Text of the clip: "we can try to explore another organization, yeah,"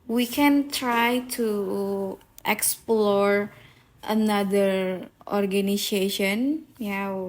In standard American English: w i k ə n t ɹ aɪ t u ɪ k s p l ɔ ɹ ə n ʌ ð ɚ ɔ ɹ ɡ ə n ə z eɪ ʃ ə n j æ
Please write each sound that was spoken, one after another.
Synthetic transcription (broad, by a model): w i k ə n t ɹ aɪ t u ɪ k s p l ɔ ɹ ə n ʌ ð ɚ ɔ ɹ ɡ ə n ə s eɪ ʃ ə n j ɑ